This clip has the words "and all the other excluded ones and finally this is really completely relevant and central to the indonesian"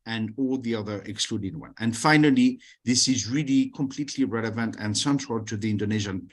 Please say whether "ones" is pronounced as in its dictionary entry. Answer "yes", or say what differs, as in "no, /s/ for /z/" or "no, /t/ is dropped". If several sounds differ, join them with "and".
no, /z/ is dropped